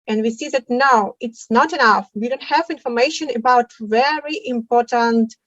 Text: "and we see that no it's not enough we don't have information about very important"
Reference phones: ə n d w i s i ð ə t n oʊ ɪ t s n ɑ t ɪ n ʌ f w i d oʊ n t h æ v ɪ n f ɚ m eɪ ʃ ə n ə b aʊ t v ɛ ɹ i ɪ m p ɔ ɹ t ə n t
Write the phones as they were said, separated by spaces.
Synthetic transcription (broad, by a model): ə n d w i s i ð ə t n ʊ ɪ t s n ɑ t ɪ n ʌ f w i d oʊ n t h æ v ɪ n f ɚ m eɪ ʃ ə n ə b aʊ t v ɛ ɹ i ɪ m p ɔ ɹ t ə n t